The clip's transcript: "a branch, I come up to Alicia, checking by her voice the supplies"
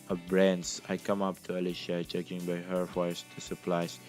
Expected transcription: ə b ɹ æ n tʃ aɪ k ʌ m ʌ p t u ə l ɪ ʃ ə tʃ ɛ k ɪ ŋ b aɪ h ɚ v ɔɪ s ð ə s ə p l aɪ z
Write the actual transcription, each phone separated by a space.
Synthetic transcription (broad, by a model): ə b ɹ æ n s aɪ k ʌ m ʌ p t u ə l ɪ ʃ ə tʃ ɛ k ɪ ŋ b aɪ h ɚ f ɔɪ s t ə s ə p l aɪ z